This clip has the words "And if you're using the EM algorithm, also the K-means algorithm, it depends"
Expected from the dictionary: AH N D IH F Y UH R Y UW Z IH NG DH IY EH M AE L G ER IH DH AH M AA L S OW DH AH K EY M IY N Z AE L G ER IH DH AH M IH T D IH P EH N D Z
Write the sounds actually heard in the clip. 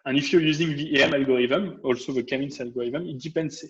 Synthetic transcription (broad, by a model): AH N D IH F Y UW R Y UW Z IH NG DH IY EH M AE L G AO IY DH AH M AA L S OW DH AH K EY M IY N S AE L G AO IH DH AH M IH T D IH P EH N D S